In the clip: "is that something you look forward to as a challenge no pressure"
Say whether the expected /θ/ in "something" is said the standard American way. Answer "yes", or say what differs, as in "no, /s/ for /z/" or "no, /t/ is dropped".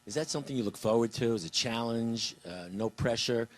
yes